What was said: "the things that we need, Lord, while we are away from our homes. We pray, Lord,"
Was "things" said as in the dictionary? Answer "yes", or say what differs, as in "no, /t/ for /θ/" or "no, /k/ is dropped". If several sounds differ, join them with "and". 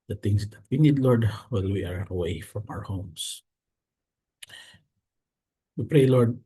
no, /t/ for /θ/